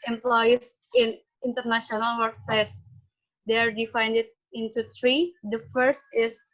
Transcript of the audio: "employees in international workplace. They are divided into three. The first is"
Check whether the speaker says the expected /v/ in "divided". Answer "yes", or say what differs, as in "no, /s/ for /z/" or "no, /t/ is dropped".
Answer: no, /f/ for /v/